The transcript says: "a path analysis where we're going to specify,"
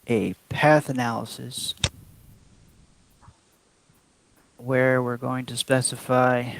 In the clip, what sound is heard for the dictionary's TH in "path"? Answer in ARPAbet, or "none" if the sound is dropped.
TH